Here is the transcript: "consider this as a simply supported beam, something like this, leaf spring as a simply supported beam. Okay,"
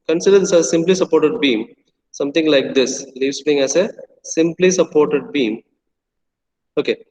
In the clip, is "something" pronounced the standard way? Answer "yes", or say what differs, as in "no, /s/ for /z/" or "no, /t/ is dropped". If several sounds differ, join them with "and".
no, /t/ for /θ/